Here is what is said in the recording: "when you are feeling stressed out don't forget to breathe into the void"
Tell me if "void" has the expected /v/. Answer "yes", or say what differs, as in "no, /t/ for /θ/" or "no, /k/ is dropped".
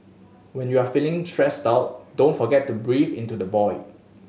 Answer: no, /b/ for /v/